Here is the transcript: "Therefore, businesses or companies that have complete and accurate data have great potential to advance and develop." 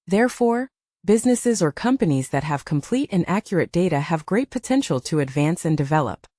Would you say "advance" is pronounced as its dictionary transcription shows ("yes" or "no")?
yes